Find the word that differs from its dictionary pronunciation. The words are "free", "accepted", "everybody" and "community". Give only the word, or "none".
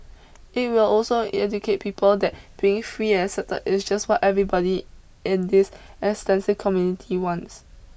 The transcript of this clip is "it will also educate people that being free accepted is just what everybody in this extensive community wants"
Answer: accepted